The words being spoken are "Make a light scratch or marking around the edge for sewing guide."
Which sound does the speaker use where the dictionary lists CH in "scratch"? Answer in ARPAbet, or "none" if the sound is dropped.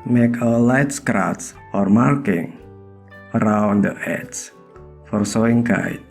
S